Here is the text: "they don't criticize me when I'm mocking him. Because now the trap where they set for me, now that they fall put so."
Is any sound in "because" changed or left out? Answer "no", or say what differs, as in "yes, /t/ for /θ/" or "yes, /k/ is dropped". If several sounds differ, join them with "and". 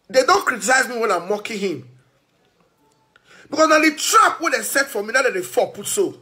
yes, /s/ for /z/